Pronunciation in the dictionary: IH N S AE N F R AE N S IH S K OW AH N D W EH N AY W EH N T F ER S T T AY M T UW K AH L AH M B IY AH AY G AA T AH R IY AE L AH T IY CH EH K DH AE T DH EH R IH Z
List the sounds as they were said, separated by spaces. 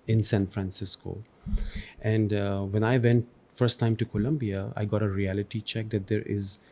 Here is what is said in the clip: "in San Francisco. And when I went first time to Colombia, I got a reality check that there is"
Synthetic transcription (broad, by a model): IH N S AE N F R AE N S IH S K OW AH N D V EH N AY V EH N T F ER S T T AY M T UW K AH L AH M B IY AH AY G AA T AH R IY AE L AH T IY CH EH K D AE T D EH R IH Z